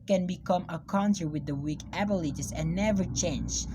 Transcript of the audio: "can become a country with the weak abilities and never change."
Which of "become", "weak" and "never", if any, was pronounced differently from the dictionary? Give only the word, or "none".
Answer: none